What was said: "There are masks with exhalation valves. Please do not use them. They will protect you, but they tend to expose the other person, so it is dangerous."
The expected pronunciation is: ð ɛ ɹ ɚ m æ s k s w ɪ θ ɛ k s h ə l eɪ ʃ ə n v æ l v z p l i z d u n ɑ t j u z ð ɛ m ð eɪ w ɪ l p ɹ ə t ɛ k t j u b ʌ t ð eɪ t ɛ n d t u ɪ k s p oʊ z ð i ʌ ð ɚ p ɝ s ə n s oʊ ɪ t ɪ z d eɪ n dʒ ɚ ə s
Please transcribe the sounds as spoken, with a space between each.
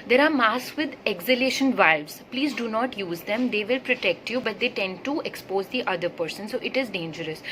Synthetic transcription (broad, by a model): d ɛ ɹ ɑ m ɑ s s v ɪ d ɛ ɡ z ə l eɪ ʃ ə n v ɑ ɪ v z p l i z d u n ɑ t j u z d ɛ m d eɪ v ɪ l p ɹ ə t ɛ k t j u b ʌ t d eɪ t ɛ n d t u ɪ k s p oʊ z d i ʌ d ɚ p ɝ s ə n s oʊ ɪ t ɪ z d eɪ n dʒ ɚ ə s